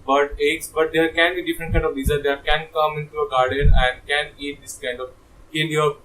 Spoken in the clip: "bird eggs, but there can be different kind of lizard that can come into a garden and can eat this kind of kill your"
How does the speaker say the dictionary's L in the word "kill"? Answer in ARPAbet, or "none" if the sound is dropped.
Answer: N